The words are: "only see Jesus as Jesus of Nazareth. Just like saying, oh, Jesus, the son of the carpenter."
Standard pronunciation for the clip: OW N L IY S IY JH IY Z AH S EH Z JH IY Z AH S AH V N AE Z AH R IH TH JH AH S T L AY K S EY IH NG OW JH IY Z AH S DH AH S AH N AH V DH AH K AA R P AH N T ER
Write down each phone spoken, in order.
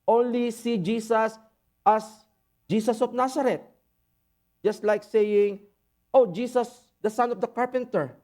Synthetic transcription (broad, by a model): OW N L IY S IY JH IY S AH S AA S JH IY S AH S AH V N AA S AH R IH T JH AH S T L AY K S EY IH NG OW JH IY S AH S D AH S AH N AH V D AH K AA R P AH N T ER